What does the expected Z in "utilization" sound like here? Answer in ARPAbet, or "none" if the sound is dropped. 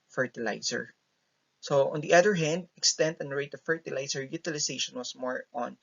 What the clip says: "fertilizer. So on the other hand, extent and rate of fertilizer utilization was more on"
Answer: S